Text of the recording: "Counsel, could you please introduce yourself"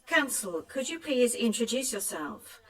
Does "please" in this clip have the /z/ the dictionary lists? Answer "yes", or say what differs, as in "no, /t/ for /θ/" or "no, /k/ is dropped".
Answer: yes